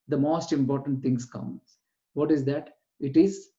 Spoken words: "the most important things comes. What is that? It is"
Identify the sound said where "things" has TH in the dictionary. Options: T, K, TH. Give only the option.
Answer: T